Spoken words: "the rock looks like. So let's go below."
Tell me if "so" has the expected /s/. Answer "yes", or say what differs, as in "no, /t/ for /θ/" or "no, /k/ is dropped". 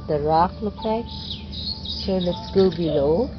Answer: no, /ʃ/ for /s/